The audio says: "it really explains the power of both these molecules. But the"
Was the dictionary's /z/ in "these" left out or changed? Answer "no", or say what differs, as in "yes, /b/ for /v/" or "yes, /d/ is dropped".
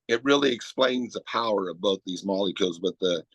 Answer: no